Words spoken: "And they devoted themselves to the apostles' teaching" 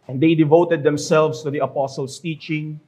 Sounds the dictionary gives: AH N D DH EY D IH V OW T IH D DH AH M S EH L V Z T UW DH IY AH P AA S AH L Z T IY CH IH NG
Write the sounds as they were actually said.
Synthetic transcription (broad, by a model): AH N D EY D IH V OW T IH D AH M S EH L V S T UW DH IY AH P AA S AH L S T IY CH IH NG